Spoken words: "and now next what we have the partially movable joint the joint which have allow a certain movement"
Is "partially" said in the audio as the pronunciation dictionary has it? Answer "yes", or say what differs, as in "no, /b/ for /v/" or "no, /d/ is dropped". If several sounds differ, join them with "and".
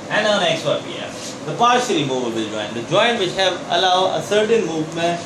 no, /s/ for /ʃ/